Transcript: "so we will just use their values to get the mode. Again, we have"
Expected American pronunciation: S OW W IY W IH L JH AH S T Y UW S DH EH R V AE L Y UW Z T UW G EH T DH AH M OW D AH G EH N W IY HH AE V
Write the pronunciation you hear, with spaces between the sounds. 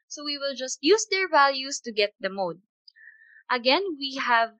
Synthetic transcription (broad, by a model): S OW W IY W IH L JH AH S T Y UW S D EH R V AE L Y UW S T UW G EH T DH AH M OW D AH G EH N W IY HH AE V